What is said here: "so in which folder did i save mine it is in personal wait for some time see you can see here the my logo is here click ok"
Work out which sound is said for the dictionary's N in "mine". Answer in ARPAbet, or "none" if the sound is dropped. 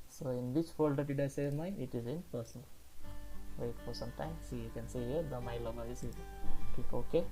none